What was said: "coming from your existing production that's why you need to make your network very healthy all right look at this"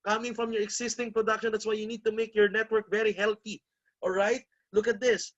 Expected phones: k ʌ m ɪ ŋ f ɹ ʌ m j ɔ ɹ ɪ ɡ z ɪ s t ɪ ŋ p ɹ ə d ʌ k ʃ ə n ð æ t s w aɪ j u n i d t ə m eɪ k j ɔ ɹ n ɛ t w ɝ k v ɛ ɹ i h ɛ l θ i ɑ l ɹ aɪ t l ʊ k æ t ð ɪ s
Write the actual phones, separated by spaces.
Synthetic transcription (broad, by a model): k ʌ m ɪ ŋ f ɹ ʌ m j ɔ ɹ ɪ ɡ s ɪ s t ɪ ŋ p ɹ ə d ʌ k ʃ ə n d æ t s w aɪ j u n i d t ə m eɪ k j ɔ ɹ n ɛ t w ɝ k v ɛ ɹ i h ɛ l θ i ɑ l ɹ aɪ t l ʊ k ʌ t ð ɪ s